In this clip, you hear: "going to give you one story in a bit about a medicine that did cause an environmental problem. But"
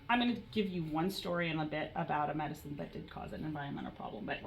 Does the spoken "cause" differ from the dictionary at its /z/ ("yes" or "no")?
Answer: no